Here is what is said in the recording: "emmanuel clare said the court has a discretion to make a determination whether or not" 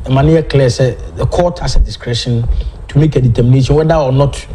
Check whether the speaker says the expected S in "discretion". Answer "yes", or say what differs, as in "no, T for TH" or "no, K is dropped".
yes